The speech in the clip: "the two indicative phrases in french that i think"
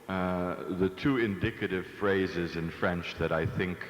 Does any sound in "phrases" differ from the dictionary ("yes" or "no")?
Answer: no